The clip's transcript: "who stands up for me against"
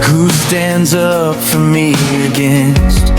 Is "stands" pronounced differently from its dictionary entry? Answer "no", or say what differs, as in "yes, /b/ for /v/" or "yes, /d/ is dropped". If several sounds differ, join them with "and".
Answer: no